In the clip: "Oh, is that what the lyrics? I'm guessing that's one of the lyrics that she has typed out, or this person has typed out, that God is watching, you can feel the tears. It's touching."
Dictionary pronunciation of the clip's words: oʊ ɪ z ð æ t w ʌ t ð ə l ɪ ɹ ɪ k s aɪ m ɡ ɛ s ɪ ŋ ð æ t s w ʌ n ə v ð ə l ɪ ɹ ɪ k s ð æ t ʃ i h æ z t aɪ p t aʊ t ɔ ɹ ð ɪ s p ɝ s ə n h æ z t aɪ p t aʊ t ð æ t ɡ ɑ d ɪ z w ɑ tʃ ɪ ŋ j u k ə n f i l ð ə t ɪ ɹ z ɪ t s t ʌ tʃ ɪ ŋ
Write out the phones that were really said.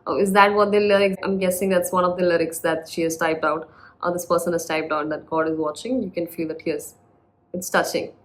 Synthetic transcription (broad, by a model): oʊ ɪ z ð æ t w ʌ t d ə l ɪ ɹ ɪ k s aɪ m ɡ ɛ s ɪ ŋ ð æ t s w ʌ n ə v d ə l ɪ ɹ ɪ k s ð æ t ʃ i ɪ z t aɪ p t aʊ t ɔ ɹ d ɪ s p ɝ s ə n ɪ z t aɪ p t aʊ t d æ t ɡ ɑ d ɪ z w ɑ tʃ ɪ ŋ j u k ə n f i l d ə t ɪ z ɪ t s t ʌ tʃ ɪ ŋ